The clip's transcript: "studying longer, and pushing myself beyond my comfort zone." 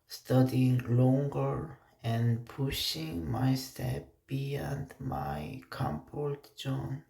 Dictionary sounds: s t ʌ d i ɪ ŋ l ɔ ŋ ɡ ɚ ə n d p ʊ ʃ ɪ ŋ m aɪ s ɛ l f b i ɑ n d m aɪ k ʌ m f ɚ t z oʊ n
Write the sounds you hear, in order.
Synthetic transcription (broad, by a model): s t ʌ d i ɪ ŋ l ɔ ŋ ɡ ɚ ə n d p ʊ ʃ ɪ ŋ m aɪ s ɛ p b i ɑ n d m aɪ k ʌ m p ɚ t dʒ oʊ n